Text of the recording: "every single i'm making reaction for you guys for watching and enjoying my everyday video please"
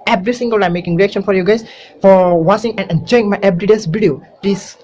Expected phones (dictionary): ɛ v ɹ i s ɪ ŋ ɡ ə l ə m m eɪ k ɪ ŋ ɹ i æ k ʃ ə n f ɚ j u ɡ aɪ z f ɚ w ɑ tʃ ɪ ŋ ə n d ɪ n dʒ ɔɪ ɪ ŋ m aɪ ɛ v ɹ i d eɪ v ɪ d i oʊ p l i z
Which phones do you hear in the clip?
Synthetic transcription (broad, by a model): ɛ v ɹ i s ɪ ŋ ɡ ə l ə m m eɪ k ɪ ŋ ɹ i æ k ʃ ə n f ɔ j u ɡ aɪ s f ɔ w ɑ s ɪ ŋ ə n ɪ n dʒ ɔɪ ɪ ŋ m aɪ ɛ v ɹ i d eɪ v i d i oʊ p l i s